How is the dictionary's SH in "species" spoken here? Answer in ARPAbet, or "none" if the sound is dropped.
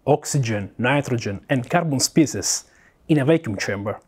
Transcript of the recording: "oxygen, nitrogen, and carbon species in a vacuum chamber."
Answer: S